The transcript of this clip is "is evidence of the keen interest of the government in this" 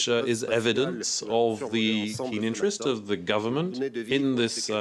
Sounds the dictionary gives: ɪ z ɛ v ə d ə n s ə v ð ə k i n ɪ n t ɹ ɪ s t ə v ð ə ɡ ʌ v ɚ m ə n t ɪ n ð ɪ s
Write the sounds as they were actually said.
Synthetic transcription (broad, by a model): ɪ z ɛ v ə d ə n s ə v ð ə k i n ɪ n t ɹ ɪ s t ə v ð ə ɡ ʌ v ɚ m ə n t ɪ n ð ɪ s